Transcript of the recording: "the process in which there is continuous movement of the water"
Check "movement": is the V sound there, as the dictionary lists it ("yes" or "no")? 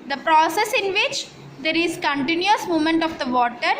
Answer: no